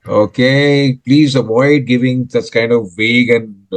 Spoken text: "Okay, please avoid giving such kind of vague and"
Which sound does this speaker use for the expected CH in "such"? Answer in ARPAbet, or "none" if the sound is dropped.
S